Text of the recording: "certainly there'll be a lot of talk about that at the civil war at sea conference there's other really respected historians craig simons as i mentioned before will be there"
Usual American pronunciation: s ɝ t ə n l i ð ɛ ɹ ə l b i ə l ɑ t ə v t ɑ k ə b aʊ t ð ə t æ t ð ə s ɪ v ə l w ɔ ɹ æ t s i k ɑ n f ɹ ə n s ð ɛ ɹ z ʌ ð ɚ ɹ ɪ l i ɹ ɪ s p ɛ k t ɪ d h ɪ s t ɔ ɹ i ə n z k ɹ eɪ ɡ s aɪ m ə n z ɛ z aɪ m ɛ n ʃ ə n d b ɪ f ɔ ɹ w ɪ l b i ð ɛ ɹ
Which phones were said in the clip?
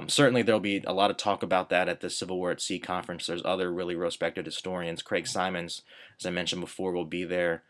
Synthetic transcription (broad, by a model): s ɝ t n l i ð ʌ ɹ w l b i ə l ɑ t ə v t ɑ k ə b aʊ t ð ə t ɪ t ð ə s ɪ v l w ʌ ɹ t s i k ɑ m f ɹ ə n s ð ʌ ɹ z ʌ ð ɚ ɹ ɪ l i ɹ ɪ s p ɛ k t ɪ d h ɪ s t ɔ ɹ i ə n z k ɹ eɪ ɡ s aɪ m ə n z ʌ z aɪ m ɛ n ʃ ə n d b ɪ f ɔ ɹ w ɪ l b i ð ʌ ɹ